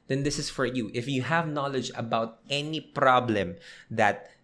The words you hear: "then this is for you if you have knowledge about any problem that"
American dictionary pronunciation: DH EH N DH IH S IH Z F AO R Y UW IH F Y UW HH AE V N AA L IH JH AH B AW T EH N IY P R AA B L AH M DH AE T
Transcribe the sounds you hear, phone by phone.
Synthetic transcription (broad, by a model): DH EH N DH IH S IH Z F AO R Y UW IH F Y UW HH AE V N AA L IH JH AH B AW T EH N IY P R AA B L AH M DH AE T